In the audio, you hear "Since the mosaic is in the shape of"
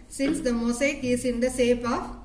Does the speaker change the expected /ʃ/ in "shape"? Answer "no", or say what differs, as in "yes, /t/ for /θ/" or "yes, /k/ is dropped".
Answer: yes, /s/ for /ʃ/